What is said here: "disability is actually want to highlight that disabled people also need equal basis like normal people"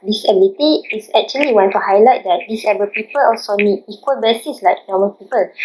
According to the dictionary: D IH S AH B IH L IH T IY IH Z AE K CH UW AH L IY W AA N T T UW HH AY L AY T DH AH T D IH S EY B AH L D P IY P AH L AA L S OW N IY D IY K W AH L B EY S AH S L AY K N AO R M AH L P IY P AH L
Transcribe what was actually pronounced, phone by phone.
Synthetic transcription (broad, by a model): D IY S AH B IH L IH T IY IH S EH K CH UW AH L IY W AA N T T UW HH AY L AY T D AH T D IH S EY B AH P IY P AH L AA L S OW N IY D IY K W AH L B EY S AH S L AY K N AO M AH N P IY P AH L